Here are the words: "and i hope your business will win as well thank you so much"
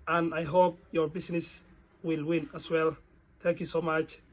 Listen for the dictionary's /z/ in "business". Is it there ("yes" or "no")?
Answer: no